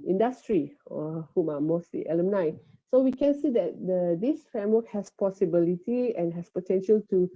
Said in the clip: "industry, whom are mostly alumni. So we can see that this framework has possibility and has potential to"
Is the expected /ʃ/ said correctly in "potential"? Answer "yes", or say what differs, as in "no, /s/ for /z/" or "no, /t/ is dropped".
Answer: yes